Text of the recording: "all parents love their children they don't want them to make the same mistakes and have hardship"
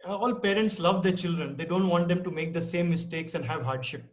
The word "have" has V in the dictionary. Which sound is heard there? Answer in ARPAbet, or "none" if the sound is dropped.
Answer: V